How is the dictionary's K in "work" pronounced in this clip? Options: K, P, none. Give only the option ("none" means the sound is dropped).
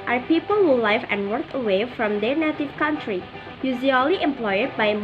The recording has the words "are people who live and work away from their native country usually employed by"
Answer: K